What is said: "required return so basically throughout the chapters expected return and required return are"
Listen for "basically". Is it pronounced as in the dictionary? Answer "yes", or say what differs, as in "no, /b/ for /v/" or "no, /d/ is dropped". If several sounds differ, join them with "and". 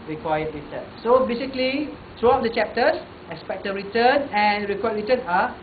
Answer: yes